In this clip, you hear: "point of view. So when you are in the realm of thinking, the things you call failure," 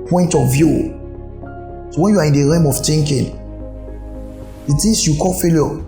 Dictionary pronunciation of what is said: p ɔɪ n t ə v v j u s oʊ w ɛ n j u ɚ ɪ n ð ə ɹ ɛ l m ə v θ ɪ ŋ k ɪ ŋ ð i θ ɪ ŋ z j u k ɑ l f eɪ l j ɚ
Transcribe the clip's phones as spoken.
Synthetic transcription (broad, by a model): p ɔɪ n t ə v v j u s oʊ w ɛ n j u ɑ ɪ n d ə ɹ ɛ m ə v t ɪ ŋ k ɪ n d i t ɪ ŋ s j u k ɑ l f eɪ l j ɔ